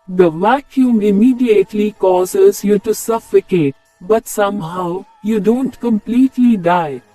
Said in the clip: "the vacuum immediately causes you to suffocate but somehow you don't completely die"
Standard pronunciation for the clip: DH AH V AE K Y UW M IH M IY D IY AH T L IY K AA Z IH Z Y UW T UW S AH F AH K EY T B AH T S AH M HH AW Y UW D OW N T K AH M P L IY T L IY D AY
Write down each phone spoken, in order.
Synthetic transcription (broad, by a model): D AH V AE K Y UW M IH M IY D IY AH T L IY K AA Z IH Z Y UW T UW S AH F AH K EY T B AH T S AH M HH AW Y UW D OW N T K AH M P L IY T L IY D AY